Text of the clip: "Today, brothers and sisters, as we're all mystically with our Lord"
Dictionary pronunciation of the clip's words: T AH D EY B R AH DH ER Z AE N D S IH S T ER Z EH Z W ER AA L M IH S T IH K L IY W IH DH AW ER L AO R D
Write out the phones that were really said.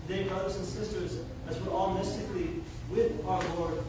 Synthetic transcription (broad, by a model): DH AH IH B R AH DH ER Z N S IH S T ER Z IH Z W ER AA L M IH S T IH K L IY W IH DH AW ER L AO R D